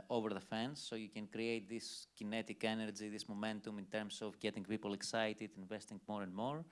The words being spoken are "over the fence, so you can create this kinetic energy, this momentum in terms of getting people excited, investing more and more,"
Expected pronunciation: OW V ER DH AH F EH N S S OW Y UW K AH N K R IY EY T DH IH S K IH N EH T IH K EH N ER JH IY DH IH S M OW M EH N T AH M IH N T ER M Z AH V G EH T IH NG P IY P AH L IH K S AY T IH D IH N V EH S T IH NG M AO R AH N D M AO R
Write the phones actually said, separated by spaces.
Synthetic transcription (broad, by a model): OW V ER DH AH F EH N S S OW Y UW K AH N K R IY EY T DH IH S K IH N EH T IH K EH N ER JH IY DH IH S M OW M EH N T AH M IH N T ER M S AH V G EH T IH NG P IY P AH L IH K S AY T IH D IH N V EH S T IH NG M AO R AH N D M AO R